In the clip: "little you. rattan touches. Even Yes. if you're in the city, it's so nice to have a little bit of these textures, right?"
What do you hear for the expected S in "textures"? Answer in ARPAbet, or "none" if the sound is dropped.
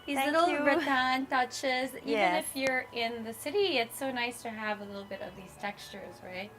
S